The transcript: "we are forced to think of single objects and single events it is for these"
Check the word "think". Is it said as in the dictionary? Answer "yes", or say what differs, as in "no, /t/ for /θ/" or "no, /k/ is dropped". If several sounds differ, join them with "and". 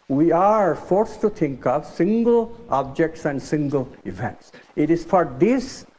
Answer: no, /t/ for /θ/